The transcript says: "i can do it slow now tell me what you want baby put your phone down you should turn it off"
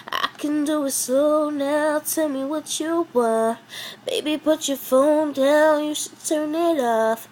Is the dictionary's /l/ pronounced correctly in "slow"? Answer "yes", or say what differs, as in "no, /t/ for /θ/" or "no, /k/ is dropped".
no, /l/ is dropped